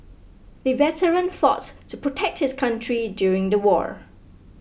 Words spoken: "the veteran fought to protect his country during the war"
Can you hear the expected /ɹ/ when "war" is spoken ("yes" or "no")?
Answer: yes